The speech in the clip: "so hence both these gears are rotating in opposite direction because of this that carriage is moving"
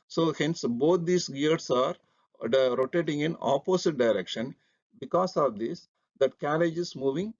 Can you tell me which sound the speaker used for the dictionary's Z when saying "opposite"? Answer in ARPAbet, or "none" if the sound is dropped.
S